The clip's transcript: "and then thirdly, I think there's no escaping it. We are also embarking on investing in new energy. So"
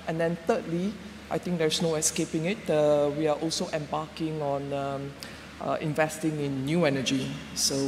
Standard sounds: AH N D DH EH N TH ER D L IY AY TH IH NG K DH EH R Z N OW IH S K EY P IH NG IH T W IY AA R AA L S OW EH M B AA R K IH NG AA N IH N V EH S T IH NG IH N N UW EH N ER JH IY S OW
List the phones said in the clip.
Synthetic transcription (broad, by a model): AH N D EH N T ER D L IY AY T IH NG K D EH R S N OW IH S K EY P IH NG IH T W IY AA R AA L S OW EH M B AA K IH NG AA N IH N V EH S T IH NG IH N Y UW EH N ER JH IY S OW